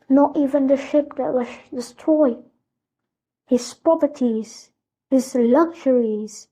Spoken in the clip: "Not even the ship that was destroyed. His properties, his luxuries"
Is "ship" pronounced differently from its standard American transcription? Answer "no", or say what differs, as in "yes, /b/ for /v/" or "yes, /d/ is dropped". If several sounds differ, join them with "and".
no